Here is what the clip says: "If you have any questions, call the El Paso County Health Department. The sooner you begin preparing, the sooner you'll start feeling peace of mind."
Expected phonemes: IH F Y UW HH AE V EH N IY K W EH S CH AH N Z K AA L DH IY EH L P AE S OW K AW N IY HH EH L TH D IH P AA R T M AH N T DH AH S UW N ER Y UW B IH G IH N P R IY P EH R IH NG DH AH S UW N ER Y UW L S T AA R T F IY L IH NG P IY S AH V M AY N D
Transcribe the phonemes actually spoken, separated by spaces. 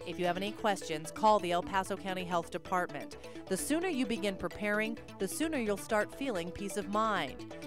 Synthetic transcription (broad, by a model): IH F Y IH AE V EH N IY K W EH S CH AH N Z K AA L DH IY EH L P AE S OW K AW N IY HH EH L TH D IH P AA R T M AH N DH AH S UW N ER Y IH B IH G IH N P R IY P EH R IH NG DH AH S UW N ER Y UW L S T AA R T F IY L IH NG P IY S AH V M AY N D